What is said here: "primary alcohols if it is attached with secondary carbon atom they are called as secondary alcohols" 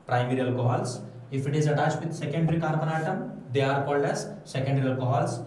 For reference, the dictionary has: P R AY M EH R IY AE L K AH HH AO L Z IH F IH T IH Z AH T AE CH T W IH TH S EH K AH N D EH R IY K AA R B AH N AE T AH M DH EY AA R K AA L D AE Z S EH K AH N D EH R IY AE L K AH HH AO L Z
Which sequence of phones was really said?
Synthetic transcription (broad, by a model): P R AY M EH R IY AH L K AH HH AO L S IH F IH T IH Z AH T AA S T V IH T S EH K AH N D R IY K AA R B AH N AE T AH M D EY AA R K AA L D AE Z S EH K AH N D R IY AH L K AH HH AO L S